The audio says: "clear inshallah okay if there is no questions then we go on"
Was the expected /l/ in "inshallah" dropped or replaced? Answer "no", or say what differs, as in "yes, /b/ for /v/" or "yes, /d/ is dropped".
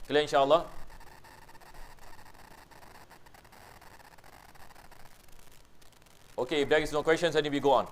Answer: no